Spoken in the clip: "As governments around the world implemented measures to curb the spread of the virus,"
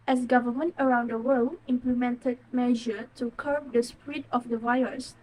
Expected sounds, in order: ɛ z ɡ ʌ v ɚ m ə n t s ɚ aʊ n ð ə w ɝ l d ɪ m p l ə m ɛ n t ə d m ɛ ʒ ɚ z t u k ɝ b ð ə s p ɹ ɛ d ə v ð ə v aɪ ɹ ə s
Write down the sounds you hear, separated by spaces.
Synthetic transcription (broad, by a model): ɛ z ɡ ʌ v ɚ m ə n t ɚ aʊ n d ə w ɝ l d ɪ m p l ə m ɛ n t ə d m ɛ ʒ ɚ t u k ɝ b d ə s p ɹ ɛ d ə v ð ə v aɪ ɹ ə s